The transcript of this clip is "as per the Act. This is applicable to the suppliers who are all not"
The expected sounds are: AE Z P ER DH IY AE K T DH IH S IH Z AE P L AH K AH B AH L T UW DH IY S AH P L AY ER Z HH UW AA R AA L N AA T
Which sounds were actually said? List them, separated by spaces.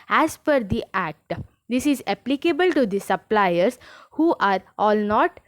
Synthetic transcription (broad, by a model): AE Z F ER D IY AE K T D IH S IH Z AE P L AH K AH B AH L T UW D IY S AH P L AY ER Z HH UW AA R AA L N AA T